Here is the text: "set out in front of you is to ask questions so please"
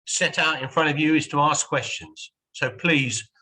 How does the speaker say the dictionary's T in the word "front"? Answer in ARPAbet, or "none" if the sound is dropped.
T